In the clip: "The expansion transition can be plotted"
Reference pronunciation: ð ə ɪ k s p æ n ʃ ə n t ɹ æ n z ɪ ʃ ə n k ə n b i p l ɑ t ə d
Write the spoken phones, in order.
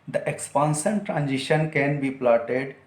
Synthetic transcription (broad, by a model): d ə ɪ k s p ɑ n s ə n t ɹ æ n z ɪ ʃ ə n k ə n b i p l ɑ t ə d